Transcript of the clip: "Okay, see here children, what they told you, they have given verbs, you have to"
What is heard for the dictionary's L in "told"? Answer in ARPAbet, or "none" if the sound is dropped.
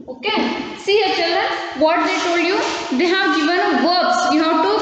L